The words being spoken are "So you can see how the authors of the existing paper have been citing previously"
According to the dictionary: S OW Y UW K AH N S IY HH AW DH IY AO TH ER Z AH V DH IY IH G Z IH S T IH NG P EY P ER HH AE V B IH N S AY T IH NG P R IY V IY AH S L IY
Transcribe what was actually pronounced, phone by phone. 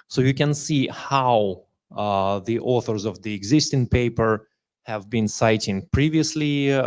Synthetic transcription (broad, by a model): S OW Y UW K AH N S IY HH AW DH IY AO TH ER Z AH V DH IY IH G Z IH S T IH NG P EY P ER HH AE V B IH N S AY T IH NG P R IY V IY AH S L IY